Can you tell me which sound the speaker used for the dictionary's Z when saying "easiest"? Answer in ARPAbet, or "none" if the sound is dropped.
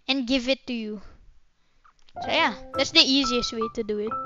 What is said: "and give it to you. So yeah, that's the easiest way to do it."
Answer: Z